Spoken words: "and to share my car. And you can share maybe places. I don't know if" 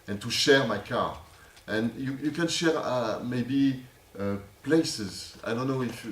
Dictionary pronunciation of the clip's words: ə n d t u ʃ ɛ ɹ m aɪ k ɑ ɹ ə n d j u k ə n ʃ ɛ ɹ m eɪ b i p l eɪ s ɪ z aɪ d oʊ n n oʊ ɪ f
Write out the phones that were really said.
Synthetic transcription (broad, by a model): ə n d t u ʃ ɛ ɹ m aɪ k ɑ ɹ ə n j j u k ə n ʃ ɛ ɹ m eɪ b i p l eɪ s ɪ z aɪ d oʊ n n oʊ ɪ f